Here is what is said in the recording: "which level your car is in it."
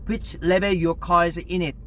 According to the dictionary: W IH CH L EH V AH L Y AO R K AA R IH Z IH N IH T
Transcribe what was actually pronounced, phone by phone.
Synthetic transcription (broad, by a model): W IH CH L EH B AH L Y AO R K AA IH Z IH N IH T